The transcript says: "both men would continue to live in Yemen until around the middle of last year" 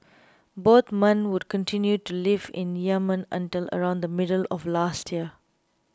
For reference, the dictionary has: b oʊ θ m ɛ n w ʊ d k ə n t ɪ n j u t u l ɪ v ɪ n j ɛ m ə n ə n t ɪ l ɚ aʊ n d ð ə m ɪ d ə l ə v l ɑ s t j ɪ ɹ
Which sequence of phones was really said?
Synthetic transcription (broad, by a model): b oʊ t m ɛ n w ʊ d k ə n t ɪ n j u t u l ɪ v ɪ n j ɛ m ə n ə n t ɪ l ɚ aʊ n d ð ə m ɪ d ə l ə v l ɑ s t j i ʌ